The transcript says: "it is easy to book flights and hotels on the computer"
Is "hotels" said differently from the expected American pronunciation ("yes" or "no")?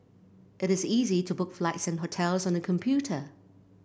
no